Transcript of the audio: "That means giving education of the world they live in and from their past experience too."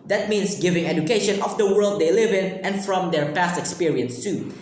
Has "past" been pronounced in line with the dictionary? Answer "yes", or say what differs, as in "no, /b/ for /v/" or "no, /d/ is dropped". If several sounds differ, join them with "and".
yes